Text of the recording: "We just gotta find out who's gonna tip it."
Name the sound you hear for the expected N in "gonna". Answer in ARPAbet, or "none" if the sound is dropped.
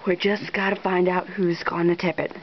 N